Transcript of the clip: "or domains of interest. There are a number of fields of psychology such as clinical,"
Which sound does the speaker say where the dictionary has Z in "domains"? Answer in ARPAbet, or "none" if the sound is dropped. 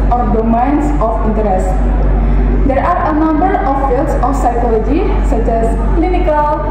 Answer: S